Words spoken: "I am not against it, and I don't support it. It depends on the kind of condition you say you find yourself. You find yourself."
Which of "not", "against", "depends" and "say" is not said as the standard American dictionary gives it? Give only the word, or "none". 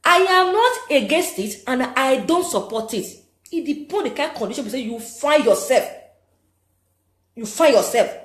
depends